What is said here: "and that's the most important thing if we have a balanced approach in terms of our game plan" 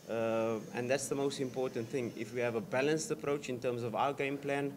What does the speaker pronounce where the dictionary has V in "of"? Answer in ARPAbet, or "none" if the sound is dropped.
V